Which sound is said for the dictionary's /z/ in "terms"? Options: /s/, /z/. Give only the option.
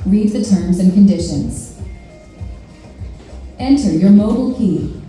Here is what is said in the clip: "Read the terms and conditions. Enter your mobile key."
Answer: /z/